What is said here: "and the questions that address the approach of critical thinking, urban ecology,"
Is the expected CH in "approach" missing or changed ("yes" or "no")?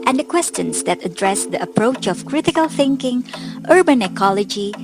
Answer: no